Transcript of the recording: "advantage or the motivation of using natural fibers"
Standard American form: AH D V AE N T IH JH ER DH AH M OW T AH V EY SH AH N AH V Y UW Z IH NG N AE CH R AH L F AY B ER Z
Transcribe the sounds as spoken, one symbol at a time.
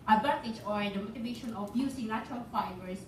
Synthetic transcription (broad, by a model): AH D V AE N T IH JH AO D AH M OW T AH V EY SH AH N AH F Y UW S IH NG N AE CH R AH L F AY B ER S